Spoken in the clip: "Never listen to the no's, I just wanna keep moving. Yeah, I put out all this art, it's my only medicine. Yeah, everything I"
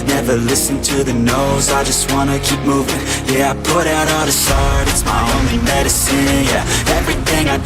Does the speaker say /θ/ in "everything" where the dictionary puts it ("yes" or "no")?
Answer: yes